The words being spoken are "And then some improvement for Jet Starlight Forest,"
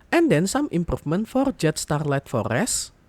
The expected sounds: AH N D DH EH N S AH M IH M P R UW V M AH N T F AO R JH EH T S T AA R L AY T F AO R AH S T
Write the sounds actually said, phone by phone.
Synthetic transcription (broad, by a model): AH N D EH N S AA M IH M P R UW F M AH N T F AO R JH EH T S T AA R L AY T F AO R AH S